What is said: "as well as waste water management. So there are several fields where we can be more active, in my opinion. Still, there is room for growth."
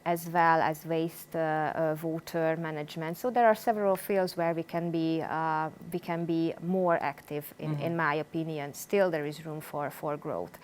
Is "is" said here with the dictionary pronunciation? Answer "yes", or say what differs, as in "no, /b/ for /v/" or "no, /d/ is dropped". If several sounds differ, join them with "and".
yes